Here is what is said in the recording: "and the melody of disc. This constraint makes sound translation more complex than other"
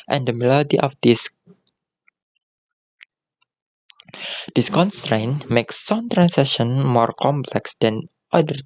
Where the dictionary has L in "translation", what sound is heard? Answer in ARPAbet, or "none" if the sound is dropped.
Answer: none